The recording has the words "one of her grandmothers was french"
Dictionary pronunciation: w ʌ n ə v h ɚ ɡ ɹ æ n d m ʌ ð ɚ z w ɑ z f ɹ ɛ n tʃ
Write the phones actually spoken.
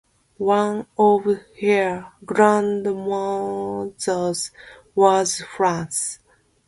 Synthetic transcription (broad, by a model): w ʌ n ə v h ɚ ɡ ɹ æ n d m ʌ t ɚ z w ɑ z f ɹ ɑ n s